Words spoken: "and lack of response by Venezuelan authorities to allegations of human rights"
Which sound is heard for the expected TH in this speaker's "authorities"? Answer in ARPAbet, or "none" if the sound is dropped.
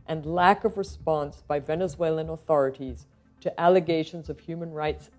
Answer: TH